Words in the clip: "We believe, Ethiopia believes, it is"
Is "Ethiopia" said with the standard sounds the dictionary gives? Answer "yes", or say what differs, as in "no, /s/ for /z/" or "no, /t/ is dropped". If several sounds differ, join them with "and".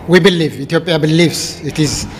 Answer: no, /t/ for /θ/